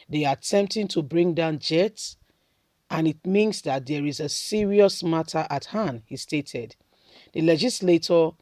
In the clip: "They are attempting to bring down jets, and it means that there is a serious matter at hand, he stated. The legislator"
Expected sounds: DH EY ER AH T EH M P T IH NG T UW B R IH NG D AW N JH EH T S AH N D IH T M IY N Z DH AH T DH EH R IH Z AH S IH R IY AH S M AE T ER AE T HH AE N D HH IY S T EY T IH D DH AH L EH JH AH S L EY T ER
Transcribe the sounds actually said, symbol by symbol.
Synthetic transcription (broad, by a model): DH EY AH T EH M P T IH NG T UW B R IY NG D AW N JH EH T S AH N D IH T M IY N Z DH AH T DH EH R IH Z AH S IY R IY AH S M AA T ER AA T HH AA N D HH IY S T EY T IH D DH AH L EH JH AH S L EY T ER